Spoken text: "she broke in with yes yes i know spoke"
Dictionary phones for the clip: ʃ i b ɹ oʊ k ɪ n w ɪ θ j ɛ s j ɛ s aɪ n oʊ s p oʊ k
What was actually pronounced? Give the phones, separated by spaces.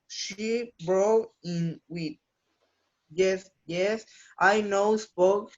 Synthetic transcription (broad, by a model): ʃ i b ɹ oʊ ɪ n w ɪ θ j ɛ s j ɛ s aɪ n oʊ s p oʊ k